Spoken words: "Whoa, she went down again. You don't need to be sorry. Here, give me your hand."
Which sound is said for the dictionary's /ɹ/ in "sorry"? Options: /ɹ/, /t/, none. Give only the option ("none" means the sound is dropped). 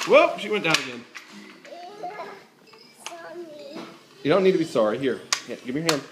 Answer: /ɹ/